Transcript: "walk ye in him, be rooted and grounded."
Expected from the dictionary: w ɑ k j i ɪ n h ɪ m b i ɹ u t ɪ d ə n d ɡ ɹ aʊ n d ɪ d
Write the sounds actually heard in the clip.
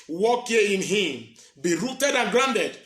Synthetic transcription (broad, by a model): w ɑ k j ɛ ɪ n h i m b i ɹ u t ɪ d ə n ɡ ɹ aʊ n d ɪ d